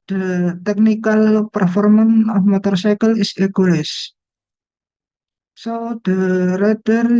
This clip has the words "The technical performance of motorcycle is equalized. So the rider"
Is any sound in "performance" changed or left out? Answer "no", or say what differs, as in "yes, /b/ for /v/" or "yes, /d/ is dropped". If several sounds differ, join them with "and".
yes, /s/ is dropped